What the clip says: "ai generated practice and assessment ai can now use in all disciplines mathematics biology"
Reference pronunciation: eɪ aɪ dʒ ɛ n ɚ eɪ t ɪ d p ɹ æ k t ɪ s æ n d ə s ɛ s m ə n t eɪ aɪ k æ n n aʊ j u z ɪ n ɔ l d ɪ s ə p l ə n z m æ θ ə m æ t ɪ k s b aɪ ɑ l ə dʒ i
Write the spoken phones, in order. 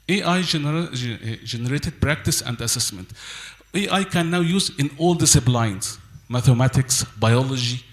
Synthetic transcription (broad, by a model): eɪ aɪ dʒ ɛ n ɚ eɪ t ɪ d p ɹ æ k t ɪ s æ n d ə s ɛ s m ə n t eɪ aɪ k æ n n aʊ j u z ɪ n ɔ l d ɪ s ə b l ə n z m æ θ ə m æ t ɪ k s b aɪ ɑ l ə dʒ i